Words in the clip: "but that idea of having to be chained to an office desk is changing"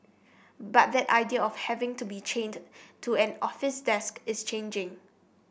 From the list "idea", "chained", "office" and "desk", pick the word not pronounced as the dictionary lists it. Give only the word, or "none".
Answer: none